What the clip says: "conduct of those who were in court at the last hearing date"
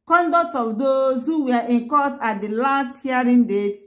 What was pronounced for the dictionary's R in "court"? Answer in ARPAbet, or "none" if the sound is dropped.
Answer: L